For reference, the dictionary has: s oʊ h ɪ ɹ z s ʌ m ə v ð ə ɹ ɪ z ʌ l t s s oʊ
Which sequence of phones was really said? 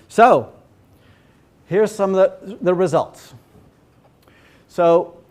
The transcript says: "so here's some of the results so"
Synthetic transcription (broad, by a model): s oʊ h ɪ ɹ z s ʌ m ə ð ə ɹ ɪ z ʌ l t s s oʊ